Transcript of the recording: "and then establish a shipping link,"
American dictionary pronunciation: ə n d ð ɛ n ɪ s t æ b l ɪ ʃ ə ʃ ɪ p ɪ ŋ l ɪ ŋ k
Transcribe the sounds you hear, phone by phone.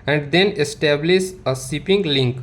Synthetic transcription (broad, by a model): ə n d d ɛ n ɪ s t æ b l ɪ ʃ ə s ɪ p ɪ ŋ l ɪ ŋ k